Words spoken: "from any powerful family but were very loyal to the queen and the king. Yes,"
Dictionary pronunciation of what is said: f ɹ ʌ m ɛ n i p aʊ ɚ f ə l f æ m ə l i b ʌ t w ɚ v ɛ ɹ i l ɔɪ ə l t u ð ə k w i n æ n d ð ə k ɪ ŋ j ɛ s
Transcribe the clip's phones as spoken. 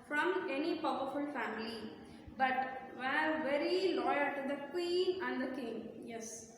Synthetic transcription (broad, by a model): f ɹ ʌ m ɛ n i p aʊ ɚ f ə l f æ m ə l i b ʌ t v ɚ v ɛ ɹ i l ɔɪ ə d t u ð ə k w i n æ n d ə k ɪ ŋ j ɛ s